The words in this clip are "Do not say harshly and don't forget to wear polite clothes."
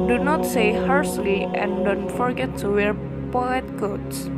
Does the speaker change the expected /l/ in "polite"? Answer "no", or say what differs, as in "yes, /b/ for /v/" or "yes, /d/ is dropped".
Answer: yes, /l/ is dropped